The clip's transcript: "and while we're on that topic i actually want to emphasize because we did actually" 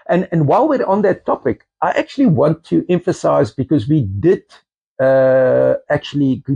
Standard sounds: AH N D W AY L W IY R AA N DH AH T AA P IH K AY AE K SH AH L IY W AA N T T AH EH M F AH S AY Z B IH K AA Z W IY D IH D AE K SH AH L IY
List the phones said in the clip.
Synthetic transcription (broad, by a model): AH N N W AY L W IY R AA N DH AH T AA P IH K AY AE K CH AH L IY W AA N T T EH M F AH S AY Z B IH K AA Z W IY D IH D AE K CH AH L IY